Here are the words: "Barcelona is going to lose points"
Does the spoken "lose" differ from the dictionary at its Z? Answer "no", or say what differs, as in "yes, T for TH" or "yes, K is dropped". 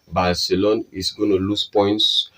yes, S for Z